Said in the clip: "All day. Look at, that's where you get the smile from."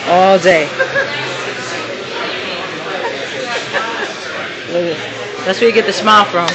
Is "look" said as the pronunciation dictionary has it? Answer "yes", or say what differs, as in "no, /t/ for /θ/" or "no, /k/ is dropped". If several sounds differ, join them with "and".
no, /k/ is dropped